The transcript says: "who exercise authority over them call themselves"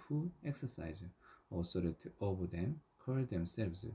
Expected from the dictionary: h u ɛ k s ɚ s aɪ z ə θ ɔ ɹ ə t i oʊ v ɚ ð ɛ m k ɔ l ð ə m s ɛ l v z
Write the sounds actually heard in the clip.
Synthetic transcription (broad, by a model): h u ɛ k s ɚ s aɪ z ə s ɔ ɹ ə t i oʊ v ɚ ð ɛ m k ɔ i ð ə m s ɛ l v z